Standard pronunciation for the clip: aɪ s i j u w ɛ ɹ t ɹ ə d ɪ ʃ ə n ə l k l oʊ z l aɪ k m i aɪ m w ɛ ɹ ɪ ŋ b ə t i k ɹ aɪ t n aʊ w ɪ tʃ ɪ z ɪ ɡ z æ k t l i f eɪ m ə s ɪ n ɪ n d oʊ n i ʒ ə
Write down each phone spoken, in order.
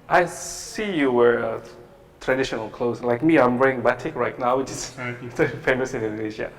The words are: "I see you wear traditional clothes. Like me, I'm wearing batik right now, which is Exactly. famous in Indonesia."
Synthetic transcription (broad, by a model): aɪ s i j u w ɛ ɹ t ɹ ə d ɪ ʃ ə n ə l k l oʊ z l aɪ k m i aɪ m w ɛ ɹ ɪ ŋ b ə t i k ɹ aɪ t n aʊ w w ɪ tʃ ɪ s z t i f eɪ m ə s ɪ n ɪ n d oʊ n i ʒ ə